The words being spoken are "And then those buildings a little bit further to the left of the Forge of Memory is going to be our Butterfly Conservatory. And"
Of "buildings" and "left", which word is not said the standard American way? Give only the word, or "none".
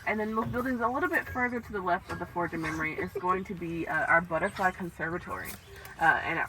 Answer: none